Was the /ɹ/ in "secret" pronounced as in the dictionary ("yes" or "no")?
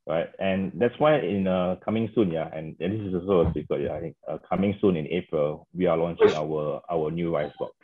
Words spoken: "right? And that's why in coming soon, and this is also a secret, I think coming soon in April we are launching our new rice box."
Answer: no